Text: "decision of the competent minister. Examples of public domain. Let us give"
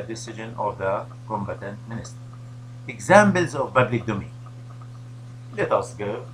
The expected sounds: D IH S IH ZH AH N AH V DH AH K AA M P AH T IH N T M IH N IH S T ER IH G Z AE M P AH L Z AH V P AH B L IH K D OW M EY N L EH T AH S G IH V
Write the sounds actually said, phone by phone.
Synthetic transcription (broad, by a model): D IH S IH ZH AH N AH V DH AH K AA M B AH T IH N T M IH N IH S T ER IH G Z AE M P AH L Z AH V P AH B L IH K D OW M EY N L EH T AH S G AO